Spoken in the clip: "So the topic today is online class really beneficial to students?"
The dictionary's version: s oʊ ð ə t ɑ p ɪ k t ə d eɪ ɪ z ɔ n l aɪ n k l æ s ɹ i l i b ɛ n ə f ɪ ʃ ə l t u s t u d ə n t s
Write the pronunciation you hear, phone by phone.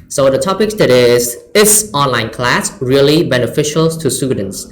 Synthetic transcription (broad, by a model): s oʊ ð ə t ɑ p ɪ k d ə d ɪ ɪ s ɔ n l aɪ n k l æ s ɹ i l i b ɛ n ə f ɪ ʃ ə l t u s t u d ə n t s